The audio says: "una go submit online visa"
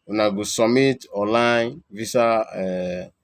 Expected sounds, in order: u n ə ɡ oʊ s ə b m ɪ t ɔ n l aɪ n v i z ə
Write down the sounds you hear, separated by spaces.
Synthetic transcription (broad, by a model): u n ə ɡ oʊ s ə m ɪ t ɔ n l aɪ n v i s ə